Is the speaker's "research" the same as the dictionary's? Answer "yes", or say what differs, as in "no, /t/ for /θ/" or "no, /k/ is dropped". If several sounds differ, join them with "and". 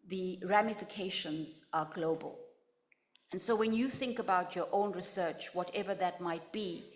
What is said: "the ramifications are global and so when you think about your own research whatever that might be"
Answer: yes